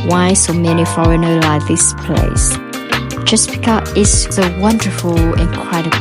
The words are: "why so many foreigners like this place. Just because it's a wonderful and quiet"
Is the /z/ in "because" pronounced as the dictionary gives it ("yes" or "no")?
no